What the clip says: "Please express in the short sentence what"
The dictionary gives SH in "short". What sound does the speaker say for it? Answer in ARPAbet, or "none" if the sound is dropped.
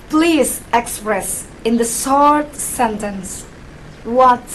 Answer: S